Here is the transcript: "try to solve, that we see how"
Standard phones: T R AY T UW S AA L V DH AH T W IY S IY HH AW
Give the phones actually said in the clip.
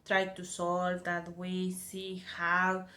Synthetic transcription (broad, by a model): T R AY T UW S AA L V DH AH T W IY S IY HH AW